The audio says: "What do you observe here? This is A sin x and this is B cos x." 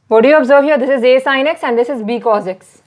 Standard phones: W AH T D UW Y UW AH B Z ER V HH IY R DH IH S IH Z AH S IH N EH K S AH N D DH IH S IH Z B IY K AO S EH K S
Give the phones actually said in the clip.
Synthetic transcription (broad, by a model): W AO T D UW Y UW AH B Z ER V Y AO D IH S IH Z AH S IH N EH K S AH N D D IH S IH Z B IY K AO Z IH K S